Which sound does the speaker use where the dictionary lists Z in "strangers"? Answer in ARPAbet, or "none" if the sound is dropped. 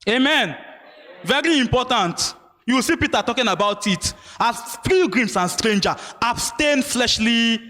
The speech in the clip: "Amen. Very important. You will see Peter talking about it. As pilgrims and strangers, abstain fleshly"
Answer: none